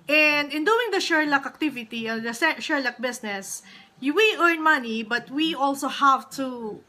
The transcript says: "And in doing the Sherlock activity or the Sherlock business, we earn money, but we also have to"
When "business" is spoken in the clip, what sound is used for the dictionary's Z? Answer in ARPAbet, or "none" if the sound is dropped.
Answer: S